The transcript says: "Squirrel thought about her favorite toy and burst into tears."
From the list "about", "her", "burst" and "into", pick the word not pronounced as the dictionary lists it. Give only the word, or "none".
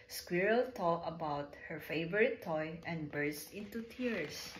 none